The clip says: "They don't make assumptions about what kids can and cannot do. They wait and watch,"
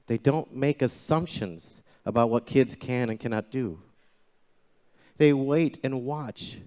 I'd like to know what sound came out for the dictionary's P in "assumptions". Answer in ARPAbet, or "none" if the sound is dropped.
P